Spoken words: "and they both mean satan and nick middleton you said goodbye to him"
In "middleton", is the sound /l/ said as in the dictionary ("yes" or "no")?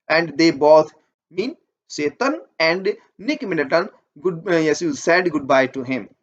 no